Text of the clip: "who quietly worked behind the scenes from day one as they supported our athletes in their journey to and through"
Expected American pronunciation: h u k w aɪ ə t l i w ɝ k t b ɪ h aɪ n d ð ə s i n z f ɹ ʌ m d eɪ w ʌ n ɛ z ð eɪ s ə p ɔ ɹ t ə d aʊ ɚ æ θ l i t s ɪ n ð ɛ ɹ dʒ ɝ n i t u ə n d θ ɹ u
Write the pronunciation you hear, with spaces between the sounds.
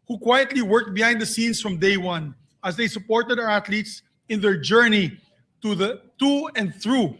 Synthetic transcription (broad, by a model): h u k w aɪ ə t l i w ɝ k t b ɪ h aɪ n d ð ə s i n s f ɹ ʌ m d eɪ w ʌ n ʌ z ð eɪ s ə p ɔ ɹ t ə d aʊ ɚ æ t l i t s ɪ n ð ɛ ɹ dʒ ɝ n i t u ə n d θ ɹ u